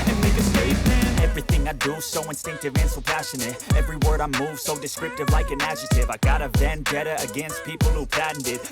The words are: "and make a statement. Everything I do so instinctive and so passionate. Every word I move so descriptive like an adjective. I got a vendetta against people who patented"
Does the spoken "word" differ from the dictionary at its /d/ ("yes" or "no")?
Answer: no